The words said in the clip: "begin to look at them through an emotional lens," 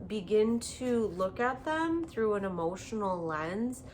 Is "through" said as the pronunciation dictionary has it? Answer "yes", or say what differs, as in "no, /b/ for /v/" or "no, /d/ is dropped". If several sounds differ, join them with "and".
yes